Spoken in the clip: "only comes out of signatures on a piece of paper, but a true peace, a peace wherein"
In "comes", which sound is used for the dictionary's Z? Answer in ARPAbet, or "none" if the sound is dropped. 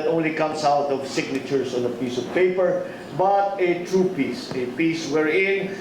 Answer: S